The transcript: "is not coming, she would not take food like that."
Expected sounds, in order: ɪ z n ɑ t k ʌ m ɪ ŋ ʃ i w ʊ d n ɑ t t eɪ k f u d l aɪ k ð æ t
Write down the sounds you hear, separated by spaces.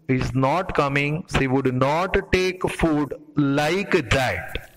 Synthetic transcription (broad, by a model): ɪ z n ɑ t k ʌ m ɪ ŋ s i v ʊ d n ɑ t t eɪ k f u d l aɪ k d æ t